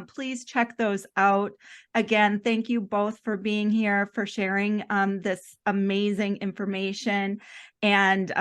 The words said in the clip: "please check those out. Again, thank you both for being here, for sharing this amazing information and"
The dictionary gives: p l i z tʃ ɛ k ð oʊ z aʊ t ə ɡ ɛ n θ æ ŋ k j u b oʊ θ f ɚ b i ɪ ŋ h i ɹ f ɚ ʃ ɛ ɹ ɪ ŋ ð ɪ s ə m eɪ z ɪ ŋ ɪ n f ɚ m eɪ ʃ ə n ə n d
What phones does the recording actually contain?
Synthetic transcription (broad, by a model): p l i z tʃ ɛ k ð oʊ z aʊ t ə ɡ ɛ n θ æ ŋ k j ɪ b oʊ θ f ɚ b i ɪ ŋ h i ɹ f ɚ ʃ ɛ ɹ ɪ ŋ ð ɪ s ə m eɪ z ɪ ŋ ɪ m f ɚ m eɪ ʃ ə n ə n